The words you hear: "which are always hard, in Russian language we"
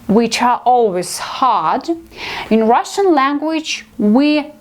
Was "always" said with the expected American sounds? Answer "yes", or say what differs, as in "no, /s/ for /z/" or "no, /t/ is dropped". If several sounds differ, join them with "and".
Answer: yes